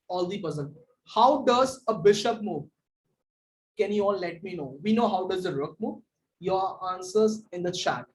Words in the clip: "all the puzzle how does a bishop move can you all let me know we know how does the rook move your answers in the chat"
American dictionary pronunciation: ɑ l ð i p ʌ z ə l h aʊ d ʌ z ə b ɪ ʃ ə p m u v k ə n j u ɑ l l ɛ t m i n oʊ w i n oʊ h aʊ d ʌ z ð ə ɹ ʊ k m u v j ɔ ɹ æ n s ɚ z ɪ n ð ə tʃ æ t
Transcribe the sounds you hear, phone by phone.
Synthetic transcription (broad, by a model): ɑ l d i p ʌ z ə n h aʊ d ʌ z ə b ɪ ʃ ə p m u v k ə n j u ɑ l l ɛ t m i n oʊ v i n oʊ h aʊ d ʌ z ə ɹ ʊ k m u v j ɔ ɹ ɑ n s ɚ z ɪ n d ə tʃ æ t